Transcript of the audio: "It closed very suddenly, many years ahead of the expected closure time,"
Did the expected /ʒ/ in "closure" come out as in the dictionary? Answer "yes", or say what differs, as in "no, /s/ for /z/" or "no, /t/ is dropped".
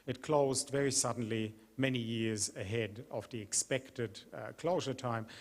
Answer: yes